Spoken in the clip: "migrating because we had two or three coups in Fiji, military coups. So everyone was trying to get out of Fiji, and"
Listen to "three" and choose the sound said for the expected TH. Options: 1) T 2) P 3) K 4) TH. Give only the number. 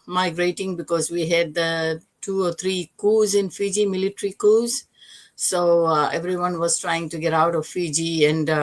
1